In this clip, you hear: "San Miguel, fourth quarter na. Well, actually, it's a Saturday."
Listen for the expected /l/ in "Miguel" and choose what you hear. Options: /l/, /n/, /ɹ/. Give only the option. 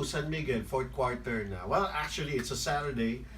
/n/